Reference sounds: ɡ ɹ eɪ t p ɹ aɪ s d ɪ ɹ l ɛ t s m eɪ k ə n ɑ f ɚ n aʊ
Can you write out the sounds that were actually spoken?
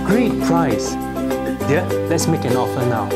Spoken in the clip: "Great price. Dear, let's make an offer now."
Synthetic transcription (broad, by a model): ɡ ɹ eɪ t p ɹ aɪ s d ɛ l ɛ t s m eɪ k ə n ɑ f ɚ n aʊ